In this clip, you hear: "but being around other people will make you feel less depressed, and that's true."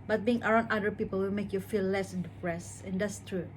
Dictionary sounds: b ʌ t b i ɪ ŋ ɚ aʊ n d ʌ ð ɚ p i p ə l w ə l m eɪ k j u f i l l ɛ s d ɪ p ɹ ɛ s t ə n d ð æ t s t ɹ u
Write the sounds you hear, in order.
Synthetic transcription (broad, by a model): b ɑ t b i ɪ ŋ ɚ aʊ n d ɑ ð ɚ p i p ə l w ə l m eɪ k j u f i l l ɛ s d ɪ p ɹ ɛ s ə n d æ t s t ɹ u